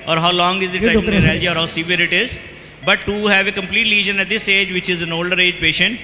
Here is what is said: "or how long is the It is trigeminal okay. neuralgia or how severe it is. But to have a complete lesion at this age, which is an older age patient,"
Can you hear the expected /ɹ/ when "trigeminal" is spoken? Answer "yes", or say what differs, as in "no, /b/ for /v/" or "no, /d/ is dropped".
no, /ɹ/ is dropped